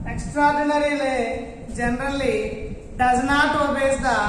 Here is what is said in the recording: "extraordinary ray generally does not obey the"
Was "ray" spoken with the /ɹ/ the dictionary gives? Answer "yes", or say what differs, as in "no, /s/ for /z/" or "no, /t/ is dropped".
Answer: no, /l/ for /ɹ/